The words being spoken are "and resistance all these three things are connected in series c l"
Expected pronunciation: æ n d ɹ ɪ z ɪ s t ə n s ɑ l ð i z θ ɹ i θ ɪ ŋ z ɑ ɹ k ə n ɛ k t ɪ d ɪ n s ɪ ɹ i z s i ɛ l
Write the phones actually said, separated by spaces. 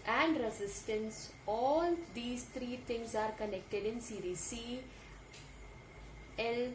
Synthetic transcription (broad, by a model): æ n d ɹ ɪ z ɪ s t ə n s ɑ l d i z t ɹ i t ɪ ŋ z ɑ ɹ k ə n ɛ k t ɪ d ɪ n s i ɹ i s i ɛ l